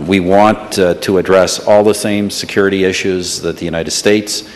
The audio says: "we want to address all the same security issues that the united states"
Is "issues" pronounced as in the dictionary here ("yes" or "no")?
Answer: yes